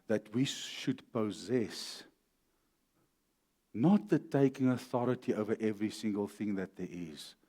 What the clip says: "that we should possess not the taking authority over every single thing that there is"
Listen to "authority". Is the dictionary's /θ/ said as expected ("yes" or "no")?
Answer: yes